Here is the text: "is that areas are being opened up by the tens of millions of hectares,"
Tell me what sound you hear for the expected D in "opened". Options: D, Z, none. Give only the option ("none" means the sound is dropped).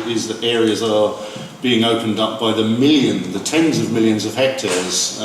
D